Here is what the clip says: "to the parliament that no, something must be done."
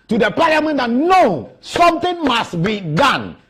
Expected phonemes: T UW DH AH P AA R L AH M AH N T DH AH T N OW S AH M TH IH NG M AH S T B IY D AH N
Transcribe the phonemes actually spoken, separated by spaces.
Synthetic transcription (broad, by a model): T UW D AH P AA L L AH M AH N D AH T N OW S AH M T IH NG M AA S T B IY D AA N